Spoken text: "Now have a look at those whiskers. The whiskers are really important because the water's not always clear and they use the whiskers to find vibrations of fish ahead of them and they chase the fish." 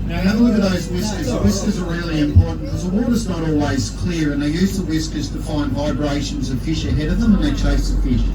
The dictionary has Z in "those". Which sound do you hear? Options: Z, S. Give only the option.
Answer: Z